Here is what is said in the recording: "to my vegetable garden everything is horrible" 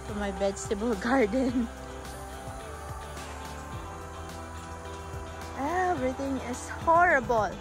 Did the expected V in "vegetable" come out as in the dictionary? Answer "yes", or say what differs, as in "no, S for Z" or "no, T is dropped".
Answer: no, B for V